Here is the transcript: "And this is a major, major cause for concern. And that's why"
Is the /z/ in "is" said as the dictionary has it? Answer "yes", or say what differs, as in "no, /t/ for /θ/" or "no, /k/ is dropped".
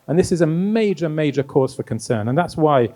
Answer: yes